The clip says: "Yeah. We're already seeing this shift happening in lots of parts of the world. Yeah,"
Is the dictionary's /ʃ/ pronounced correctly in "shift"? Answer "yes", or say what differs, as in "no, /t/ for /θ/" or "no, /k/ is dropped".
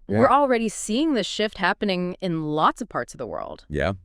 yes